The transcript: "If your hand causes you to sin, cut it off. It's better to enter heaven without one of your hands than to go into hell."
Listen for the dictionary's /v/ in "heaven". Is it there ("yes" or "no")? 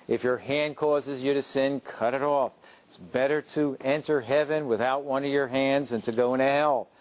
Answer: yes